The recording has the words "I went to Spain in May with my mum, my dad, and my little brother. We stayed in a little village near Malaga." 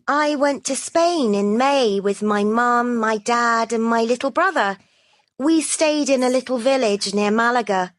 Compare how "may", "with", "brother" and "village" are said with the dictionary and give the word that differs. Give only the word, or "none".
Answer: none